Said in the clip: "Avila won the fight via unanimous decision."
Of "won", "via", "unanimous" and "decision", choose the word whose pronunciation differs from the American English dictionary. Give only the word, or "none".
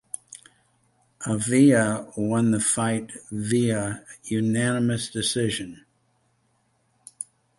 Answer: none